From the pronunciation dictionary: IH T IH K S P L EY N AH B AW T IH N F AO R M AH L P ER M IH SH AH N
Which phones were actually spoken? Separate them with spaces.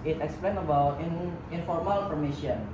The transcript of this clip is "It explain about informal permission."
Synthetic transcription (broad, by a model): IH T IH K S P L EY N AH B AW T IH N F AO R M AH L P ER M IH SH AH N